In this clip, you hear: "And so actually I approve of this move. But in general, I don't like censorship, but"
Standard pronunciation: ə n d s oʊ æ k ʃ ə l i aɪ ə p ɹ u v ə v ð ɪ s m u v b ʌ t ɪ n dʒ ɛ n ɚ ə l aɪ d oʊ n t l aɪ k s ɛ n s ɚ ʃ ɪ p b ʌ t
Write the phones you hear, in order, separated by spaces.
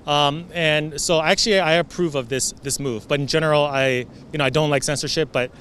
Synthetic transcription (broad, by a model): ə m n s oʊ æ k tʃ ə l i aɪ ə p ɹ u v ə v ð ɪ s m u v b ʌ t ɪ n dʒ ɛ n ɚ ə n aɪ d oʊ n t l aɪ k s ɛ n s ɚ ʃ ɪ p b ʌ t